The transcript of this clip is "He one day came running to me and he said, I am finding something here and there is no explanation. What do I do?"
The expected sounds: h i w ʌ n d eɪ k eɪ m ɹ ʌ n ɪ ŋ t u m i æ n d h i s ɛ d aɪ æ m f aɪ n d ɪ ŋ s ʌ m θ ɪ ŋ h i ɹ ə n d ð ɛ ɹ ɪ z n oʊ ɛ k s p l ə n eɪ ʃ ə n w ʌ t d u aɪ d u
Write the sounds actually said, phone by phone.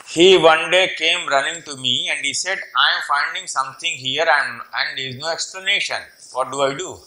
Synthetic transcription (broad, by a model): h i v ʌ n d eɪ k eɪ m ɹ ʌ n ɪ ŋ t u m i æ n d h i s ɛ d aɪ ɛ m f aɪ n d ɪ ŋ s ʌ m t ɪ ŋ h i ɹ ə n d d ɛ ɹ ɪ z n oʊ ɛ k s p l ə n eɪ ʃ ə n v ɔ t d u aɪ d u